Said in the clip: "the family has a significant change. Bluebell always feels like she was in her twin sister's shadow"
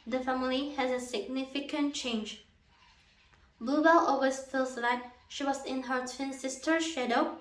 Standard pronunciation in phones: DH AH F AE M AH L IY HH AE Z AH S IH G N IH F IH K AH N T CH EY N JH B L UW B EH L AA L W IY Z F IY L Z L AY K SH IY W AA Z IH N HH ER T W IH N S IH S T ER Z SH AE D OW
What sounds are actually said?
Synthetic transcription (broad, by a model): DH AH F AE M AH L IY HH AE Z AH S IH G N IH F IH K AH N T CH EY N JH B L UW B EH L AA W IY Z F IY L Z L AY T SH IY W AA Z IH N HH ER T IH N S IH S T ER SH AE D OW